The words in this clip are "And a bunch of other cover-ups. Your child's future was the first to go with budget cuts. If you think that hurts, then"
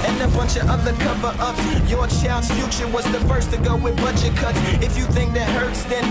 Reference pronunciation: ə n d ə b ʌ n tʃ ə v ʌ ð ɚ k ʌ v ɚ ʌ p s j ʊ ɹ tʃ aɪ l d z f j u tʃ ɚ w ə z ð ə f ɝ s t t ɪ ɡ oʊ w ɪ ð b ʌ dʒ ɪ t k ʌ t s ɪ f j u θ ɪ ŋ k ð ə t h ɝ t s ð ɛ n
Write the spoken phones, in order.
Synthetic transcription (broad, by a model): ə n ə b ʌ n tʃ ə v ʌ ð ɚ k ʌ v ɚ ʌ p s j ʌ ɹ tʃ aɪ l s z f j u tʃ ɚ w ə z ð ə f ɝ s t t ɪ ɡ oʊ w ɪ ð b ʌ tʃ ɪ k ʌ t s ɪ f j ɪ θ ɪ ŋ k ð ə t h ɝ t s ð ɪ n